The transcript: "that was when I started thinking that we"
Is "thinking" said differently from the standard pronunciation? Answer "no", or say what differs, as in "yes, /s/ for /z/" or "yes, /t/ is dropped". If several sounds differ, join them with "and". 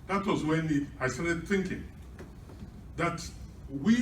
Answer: no